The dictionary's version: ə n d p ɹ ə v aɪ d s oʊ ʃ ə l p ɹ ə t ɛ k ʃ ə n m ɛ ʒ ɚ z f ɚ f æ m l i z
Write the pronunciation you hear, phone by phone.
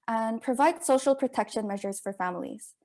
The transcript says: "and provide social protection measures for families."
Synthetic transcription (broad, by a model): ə n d p ɹ ə v aɪ d s oʊ ʃ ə l p ɹ ə t ɛ k ʃ ə n m ɛ ʒ ɚ z f ɚ f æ m l i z